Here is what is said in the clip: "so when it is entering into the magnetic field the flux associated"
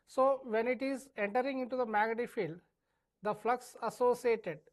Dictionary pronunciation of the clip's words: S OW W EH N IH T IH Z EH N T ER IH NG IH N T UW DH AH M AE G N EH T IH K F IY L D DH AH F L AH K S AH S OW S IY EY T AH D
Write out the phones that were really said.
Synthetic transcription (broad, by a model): S OW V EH N IH T IH Z EH N T ER IH NG IH N T UW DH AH M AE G AH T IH F IY L D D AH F L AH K S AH S OW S IY EY T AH D